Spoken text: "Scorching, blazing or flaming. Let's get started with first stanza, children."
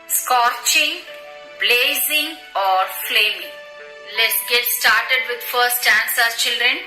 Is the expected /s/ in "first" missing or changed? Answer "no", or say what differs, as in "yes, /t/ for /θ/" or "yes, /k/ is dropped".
yes, /s/ is dropped